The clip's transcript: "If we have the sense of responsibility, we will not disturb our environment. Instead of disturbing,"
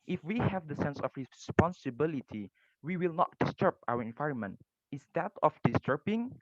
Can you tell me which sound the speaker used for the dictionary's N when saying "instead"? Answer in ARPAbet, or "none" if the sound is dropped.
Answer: none